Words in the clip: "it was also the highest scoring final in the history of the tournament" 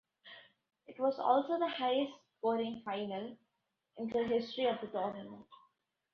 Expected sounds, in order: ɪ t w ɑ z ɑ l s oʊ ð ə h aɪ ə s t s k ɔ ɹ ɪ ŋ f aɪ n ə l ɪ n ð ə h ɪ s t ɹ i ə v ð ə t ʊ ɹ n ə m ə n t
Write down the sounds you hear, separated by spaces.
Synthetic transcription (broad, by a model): ɪ t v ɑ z ɑ l s oʊ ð ə h aɪ ə s t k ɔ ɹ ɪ ŋ f aɪ n ə l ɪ n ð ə h ɪ s t ɹ i ə v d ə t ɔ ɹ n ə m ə n t